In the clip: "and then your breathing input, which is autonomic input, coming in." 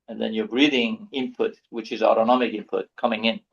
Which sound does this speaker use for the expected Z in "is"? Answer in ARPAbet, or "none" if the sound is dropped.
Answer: Z